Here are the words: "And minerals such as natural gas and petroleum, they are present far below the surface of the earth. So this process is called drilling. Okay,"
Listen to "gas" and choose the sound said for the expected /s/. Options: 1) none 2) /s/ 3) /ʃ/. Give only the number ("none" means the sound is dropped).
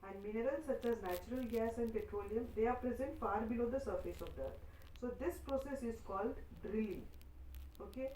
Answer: 2